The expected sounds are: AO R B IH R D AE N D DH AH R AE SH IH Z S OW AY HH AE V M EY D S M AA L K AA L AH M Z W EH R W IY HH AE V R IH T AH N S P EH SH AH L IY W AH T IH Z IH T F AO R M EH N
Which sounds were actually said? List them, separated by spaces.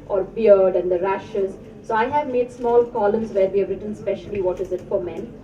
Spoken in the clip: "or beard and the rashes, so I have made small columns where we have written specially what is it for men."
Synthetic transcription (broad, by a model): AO R B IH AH D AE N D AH R AE SH IH Z S OW AY HH AE V M EY D S M AA L K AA L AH M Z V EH R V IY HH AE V R IH T AH N S P EH SH AH L IY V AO T IH Z IH T F AO R M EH N